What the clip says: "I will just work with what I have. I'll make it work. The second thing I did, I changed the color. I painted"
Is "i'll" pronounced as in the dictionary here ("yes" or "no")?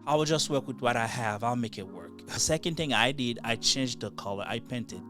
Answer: yes